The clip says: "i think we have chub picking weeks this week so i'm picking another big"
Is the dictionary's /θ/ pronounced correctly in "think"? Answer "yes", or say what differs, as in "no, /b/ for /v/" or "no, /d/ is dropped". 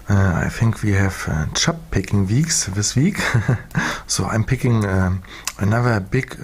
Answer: yes